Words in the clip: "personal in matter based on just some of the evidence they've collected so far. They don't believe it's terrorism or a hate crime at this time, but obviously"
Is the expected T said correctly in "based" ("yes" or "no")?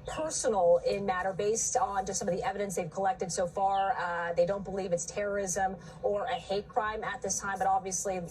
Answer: yes